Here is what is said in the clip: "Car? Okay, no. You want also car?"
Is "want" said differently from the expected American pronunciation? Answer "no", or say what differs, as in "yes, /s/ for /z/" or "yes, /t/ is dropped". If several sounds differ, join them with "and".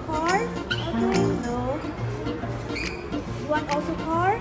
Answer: yes, /t/ is dropped